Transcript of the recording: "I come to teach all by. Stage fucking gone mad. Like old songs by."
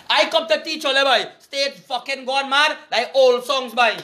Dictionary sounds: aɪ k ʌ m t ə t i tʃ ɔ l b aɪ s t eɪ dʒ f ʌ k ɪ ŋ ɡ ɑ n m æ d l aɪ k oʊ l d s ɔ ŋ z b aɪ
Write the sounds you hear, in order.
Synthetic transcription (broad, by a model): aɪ k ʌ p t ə t i tʃ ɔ l b aɪ s t eɪ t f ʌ k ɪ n ɡ ɑ n m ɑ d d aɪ oʊ l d s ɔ ŋ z b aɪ